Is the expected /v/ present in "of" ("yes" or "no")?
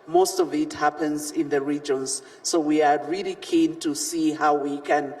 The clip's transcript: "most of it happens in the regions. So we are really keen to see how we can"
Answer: yes